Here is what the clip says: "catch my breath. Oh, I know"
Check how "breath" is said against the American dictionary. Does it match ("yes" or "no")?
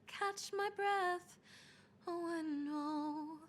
yes